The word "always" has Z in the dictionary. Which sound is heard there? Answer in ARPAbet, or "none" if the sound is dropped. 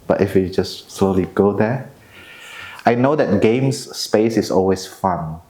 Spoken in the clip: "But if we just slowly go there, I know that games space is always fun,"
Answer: S